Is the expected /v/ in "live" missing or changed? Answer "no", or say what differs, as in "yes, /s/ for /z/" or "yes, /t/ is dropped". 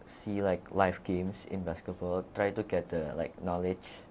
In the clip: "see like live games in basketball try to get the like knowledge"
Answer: yes, /f/ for /v/